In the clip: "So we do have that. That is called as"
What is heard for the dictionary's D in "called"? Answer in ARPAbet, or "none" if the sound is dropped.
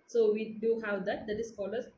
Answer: none